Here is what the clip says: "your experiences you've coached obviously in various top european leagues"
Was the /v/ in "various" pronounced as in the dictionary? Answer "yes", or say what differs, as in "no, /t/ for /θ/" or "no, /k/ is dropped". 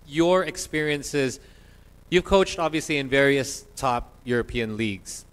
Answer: yes